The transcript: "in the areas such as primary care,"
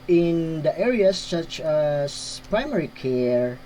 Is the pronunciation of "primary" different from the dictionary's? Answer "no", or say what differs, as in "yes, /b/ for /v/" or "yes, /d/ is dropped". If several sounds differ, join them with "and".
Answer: no